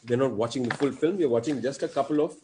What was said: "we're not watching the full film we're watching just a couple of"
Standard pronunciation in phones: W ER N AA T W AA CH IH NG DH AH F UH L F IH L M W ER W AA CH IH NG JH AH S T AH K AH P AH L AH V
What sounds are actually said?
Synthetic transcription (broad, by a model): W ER N AA T W AA CH IH NG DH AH F UH L F IH L M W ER W AA CH IH NG JH AH S T AH K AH P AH L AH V